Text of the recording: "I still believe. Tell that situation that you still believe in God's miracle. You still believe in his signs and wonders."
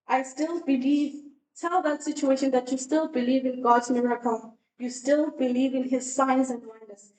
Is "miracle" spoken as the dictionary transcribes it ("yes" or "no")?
no